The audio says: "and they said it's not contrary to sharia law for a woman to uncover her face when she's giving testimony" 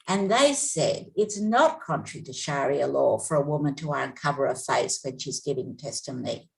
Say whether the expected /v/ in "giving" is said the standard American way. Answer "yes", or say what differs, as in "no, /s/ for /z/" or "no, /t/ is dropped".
yes